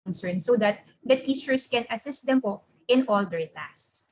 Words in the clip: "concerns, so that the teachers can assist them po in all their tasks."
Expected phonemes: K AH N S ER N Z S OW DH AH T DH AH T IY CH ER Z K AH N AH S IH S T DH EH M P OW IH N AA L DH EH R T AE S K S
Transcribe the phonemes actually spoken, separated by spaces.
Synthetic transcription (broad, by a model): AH N S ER N S OW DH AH T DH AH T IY S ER S K AH N AH S IH S T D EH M P OW IH N AA L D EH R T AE S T S